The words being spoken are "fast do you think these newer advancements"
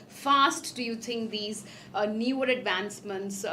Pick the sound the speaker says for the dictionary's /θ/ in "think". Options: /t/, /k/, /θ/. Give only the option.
/t/